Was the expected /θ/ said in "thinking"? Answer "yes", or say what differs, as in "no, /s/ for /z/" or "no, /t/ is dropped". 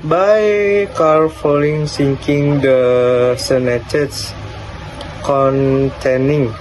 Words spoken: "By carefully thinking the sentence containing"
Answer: no, /s/ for /θ/